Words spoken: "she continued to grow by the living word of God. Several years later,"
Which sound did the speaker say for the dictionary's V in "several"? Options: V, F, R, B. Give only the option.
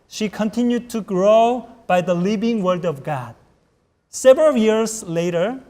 V